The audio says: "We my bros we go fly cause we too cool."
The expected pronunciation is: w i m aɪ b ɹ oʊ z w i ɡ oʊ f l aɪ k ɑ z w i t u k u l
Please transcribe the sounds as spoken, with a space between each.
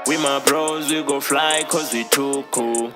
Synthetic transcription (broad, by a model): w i m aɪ b ɹ oʊ z w i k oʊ f l aɪ k ɑ z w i t u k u